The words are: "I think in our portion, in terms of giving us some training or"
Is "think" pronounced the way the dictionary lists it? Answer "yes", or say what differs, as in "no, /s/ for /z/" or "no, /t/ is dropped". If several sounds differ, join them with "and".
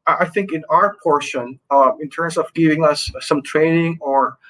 yes